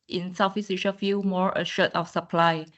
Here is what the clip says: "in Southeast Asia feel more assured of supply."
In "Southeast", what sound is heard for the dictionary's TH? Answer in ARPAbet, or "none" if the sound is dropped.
F